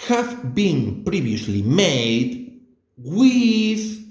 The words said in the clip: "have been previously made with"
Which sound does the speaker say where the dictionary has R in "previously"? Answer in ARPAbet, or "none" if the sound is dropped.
R